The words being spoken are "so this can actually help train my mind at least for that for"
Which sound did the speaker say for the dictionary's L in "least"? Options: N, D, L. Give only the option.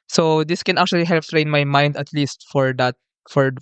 L